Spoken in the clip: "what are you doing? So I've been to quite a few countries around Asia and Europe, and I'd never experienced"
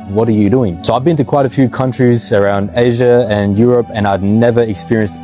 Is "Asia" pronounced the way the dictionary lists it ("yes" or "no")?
yes